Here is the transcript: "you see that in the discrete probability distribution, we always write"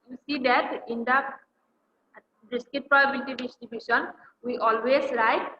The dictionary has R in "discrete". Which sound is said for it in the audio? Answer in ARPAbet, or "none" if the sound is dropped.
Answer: none